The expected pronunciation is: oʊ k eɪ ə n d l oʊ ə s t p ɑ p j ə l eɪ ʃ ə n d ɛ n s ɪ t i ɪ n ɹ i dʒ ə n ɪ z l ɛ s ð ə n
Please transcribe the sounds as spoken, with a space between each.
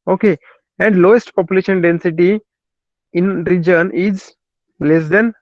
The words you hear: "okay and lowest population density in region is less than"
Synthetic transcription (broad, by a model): oʊ k eɪ ə n d l oʊ ə s t p ɑ p j ə l eɪ ʃ ə n d ɛ n s ɪ t i ɪ n ɹ i dʒ ə n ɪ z l ɛ s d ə n